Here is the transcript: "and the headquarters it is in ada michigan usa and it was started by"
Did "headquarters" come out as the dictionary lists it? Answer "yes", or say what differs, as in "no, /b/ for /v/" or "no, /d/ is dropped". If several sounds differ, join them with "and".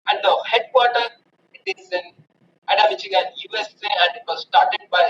no, /z/ is dropped